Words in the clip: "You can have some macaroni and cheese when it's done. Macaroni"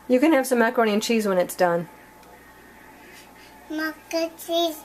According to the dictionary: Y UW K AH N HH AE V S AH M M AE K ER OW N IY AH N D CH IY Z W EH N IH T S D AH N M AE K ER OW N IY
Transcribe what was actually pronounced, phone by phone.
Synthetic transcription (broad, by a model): Y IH K AH N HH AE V S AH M M AE K ER OW N IY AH N CH IY Z W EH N IH T S D AH N M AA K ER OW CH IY